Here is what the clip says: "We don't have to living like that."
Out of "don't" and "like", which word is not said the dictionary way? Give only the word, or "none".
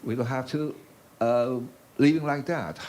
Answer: don't